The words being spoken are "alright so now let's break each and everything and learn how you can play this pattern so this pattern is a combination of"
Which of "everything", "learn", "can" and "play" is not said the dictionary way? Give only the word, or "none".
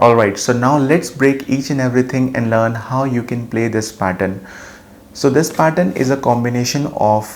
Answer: everything